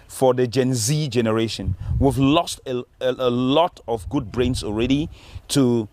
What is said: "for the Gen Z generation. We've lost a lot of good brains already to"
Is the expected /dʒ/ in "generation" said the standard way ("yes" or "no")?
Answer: yes